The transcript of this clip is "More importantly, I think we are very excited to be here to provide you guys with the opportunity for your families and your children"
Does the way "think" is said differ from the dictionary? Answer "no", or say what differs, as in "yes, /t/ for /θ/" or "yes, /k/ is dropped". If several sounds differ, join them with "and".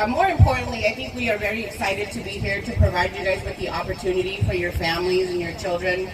no